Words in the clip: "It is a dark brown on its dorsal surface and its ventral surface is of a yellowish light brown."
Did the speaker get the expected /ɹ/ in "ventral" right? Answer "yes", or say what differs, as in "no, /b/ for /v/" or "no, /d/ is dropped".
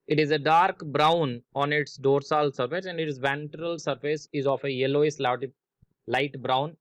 yes